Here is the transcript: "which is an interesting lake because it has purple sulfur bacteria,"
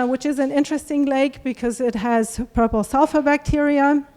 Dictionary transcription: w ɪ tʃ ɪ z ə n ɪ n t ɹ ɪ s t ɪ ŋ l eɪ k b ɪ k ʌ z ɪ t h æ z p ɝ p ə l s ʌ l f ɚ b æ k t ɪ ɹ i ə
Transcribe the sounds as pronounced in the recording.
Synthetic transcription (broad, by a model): w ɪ tʃ ɪ z ə n ɪ n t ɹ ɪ s t ɪ ŋ l eɪ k b ɪ k ʌ z ɪ t h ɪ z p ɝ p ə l s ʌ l f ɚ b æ k t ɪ ɹ i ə